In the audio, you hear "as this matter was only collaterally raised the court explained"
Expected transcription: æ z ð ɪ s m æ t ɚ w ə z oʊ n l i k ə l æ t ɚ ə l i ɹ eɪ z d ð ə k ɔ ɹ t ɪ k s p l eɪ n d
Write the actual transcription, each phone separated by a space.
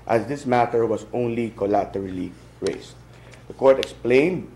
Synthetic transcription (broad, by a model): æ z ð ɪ s m æ t ɚ w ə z oʊ n l i k ə l æ t ɚ ə l i ɹ eɪ s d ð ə k ɔ ɹ t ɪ k s p l eɪ n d